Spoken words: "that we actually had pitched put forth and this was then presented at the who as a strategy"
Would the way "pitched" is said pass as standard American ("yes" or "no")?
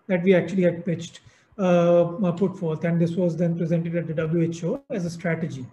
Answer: yes